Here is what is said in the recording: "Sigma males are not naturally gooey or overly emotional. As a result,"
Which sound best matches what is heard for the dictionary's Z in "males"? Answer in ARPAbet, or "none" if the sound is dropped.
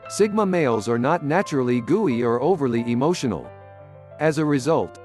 Z